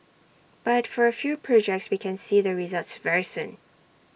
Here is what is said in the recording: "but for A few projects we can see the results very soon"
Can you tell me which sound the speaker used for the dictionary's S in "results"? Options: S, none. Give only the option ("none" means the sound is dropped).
S